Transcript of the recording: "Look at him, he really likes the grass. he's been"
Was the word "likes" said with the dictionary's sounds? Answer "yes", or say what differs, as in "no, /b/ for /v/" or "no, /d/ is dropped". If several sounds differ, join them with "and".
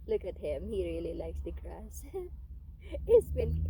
yes